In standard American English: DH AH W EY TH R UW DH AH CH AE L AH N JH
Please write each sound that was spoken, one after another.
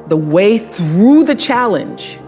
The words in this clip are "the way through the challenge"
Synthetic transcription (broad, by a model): DH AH W EY TH R UW DH AH CH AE L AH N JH